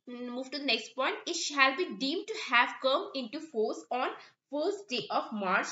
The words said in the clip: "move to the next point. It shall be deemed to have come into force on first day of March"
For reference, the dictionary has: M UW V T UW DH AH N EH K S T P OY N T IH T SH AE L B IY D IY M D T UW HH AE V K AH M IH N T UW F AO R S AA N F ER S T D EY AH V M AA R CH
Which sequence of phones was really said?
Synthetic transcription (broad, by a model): M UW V T UW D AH N EH K S T P OY N T IH T SH AE L B IY D IY M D T UW HH AE V K AH M IH N T UW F AO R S AA N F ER S T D EY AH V M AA R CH